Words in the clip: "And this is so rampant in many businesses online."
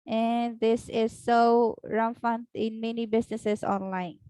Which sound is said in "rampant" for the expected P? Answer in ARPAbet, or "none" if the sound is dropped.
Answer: F